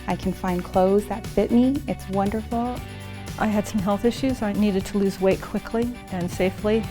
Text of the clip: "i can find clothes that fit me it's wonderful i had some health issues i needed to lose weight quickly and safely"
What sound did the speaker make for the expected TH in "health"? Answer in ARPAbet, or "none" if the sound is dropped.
TH